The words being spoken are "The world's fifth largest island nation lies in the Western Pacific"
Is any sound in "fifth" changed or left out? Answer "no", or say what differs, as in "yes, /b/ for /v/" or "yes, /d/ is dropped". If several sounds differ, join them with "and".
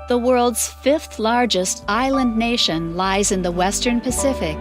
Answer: no